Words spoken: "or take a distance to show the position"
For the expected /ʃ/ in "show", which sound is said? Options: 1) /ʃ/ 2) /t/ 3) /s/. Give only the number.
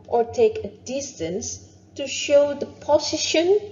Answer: 1